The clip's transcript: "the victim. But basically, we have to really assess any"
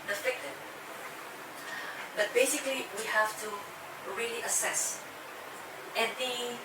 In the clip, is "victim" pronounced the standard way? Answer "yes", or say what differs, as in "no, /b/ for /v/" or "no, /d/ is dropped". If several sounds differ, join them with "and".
no, /f/ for /v/